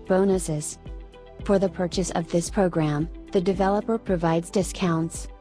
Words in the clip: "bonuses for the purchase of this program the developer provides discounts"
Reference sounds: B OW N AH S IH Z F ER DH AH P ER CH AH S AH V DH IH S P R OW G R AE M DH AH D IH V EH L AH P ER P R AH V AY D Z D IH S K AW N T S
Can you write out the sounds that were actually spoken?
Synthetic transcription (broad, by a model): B OW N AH S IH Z F ER DH AH P ER CH AH S AH V DH IH S P R OW G R AE M DH AH D IH V EH L AH P ER P R AH V AY D Z D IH S K AW N T S